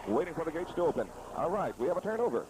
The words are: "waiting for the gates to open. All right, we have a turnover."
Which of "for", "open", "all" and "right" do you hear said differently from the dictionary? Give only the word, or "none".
none